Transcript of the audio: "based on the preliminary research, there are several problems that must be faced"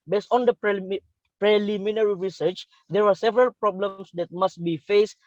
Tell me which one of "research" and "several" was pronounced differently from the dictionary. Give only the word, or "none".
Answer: none